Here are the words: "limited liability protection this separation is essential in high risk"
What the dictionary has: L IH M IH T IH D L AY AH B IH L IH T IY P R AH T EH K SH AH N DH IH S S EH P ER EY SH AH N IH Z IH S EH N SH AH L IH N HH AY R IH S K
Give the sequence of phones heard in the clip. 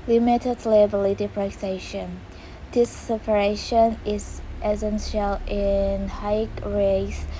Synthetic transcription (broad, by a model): L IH M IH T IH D L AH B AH L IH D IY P R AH S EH SH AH N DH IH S S EH P ER EY SH AH N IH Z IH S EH N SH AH L IH N HH AY R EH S